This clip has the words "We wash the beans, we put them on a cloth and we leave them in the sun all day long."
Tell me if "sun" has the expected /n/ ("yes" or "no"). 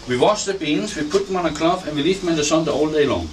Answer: no